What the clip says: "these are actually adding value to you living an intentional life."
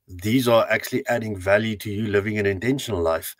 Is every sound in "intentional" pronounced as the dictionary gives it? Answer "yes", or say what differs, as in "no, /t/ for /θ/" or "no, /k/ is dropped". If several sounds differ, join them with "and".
yes